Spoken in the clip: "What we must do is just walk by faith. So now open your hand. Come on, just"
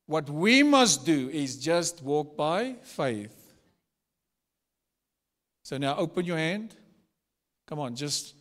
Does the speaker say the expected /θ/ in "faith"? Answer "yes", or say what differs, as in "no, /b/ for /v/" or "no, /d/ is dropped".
yes